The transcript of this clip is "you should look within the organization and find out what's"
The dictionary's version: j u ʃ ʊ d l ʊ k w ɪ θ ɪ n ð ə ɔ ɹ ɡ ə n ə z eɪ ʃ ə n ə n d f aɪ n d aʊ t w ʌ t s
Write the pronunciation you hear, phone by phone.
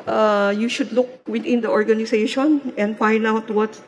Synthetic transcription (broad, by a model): j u ʃ ʊ d l ʊ k w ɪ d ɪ n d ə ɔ ɹ ɡ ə n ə s eɪ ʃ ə n ə n d f aɪ n d aʊ t w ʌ t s